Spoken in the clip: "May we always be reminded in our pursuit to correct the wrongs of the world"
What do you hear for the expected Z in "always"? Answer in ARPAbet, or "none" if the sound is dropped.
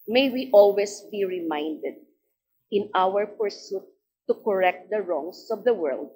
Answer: S